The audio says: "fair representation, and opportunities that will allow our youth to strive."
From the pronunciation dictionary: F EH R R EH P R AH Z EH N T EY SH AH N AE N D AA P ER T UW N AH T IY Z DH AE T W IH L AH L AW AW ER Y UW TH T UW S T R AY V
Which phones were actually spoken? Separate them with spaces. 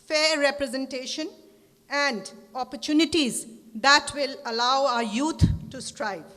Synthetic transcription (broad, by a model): F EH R R EH P R AH Z EH N T EY SH AH N AE N D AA P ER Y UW N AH T IY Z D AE T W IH L AH L AW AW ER Y UW T T UW S T R AY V